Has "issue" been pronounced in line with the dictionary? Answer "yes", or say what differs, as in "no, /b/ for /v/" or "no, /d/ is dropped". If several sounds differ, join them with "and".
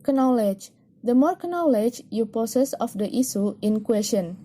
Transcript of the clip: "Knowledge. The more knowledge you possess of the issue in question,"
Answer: no, /s/ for /ʃ/